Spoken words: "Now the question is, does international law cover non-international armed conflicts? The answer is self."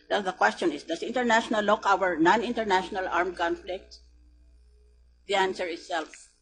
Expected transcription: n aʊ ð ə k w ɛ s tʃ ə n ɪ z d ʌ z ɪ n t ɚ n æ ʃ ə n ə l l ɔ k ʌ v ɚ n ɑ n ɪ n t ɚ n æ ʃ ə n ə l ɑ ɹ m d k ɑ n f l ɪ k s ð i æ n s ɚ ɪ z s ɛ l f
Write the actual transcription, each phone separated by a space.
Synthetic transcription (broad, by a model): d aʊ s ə k w ɛ s tʃ ə n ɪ s d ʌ s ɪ n t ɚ n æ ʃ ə n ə l l ɔ k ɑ w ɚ n ɑ n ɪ n t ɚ n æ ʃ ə n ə l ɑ ɹ m k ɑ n f l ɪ k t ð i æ n s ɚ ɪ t s ɛ l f